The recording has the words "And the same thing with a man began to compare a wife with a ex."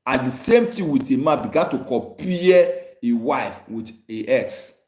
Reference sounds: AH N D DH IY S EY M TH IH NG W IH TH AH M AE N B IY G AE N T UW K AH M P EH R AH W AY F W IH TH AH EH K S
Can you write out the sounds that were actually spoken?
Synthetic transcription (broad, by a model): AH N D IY S EY M T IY W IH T AH M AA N B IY G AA N T UW K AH P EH AH W AY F W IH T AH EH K S